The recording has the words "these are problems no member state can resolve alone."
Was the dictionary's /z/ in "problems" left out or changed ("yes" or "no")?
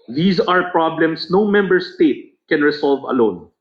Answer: yes